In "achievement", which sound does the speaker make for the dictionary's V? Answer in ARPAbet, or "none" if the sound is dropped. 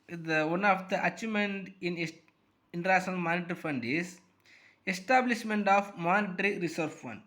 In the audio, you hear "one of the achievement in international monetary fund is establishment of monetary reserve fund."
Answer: none